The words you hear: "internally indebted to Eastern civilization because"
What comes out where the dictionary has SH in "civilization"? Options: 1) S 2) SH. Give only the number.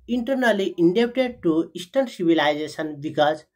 1